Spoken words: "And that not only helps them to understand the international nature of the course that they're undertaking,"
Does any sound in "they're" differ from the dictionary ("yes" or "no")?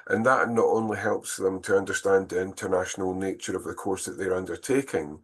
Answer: no